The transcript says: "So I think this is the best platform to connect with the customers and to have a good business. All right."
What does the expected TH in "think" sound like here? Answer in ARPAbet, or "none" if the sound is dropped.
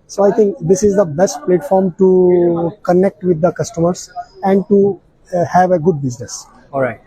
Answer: T